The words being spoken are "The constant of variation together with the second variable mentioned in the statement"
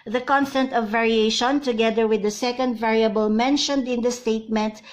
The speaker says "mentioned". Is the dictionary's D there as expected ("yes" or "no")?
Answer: yes